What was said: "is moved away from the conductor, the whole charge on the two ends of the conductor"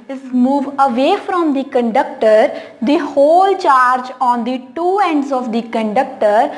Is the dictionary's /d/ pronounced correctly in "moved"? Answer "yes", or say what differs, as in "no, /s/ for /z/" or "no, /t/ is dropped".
no, /d/ is dropped